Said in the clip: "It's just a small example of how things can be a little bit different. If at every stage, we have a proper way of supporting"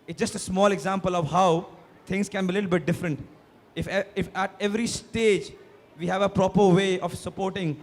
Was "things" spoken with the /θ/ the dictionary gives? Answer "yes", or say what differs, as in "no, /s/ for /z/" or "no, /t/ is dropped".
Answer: no, /t/ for /θ/